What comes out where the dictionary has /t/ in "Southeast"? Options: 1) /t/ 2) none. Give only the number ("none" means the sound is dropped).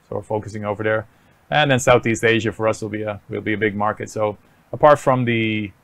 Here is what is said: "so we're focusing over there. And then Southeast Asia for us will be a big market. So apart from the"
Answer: 1